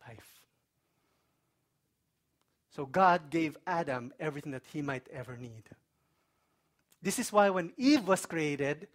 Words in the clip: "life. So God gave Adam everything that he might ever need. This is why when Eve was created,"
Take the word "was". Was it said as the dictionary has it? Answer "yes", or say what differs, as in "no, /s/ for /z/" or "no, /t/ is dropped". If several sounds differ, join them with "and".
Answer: no, /s/ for /z/